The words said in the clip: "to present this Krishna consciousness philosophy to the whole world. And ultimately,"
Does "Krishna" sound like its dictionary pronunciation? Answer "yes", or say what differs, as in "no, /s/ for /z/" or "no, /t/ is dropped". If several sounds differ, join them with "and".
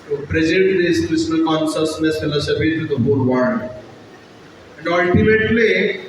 no, /s/ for /ʃ/